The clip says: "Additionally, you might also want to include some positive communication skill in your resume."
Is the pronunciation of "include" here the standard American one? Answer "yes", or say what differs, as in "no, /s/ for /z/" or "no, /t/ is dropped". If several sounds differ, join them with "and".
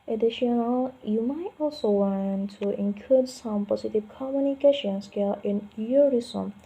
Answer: no, /l/ is dropped